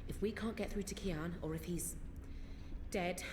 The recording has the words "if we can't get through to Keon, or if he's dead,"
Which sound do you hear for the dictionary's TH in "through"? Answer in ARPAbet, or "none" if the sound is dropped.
TH